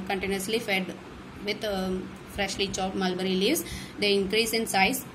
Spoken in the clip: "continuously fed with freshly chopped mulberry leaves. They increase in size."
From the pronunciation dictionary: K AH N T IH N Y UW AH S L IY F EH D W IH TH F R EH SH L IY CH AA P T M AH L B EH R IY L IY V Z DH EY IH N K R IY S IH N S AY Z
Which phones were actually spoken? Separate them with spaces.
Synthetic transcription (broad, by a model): K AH N T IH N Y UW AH S L IY F EH D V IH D F R EH SH L IY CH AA T M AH L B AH R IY L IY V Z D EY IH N K R IY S IH N S AY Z